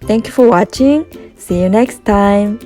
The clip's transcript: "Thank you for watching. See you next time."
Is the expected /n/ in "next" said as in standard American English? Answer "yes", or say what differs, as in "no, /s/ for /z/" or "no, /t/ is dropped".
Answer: yes